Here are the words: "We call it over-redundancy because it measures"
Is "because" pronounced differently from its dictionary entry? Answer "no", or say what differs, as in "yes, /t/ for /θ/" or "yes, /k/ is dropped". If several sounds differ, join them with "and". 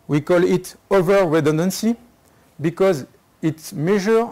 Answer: no